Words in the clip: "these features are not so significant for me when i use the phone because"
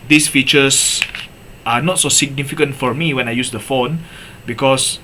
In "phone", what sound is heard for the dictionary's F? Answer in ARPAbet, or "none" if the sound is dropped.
F